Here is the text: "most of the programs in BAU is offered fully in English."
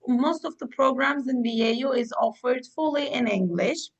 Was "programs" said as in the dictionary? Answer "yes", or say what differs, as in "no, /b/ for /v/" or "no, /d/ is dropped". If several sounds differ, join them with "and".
yes